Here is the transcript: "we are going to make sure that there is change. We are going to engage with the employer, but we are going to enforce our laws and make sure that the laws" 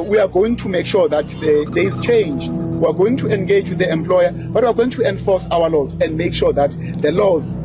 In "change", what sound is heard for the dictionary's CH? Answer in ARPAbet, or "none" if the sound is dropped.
CH